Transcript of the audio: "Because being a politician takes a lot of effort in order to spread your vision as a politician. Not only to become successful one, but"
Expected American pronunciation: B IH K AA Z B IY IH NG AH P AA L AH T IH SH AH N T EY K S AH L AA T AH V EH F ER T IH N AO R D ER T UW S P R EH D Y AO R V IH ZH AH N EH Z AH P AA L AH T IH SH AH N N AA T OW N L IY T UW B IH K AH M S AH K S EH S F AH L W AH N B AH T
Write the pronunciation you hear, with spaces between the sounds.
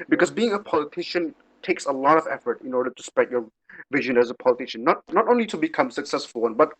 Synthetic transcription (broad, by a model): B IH K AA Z B IY IH NG AH P AA L AH T IH SH AH N T EY K S AH L AA T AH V EH F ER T IH N AO R D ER T UW S P R EH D Y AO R V IH ZH AH N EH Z AH P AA L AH T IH SH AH N N AA T OW N L IY T UW B IH K AH M S AH K S EH S F AH L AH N B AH T